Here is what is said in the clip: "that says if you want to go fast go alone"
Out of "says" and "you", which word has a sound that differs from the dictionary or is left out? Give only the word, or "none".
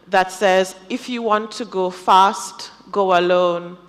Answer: none